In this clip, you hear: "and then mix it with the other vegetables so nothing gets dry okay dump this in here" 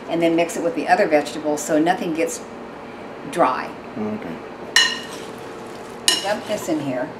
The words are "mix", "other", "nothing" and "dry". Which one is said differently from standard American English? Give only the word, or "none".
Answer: none